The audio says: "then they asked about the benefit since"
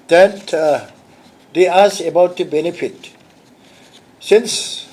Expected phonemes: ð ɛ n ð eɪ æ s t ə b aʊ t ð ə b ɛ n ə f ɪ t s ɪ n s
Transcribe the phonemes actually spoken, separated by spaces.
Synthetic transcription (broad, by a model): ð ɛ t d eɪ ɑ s ə b aʊ t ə b ɛ n ə f ɪ t s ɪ n s